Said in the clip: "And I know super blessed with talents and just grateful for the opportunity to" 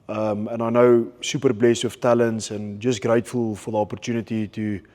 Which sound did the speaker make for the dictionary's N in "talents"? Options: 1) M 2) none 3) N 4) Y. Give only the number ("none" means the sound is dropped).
3